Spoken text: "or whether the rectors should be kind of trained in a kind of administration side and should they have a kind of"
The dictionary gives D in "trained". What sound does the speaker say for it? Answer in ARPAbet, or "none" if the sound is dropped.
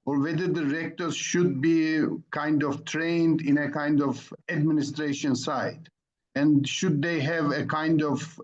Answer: D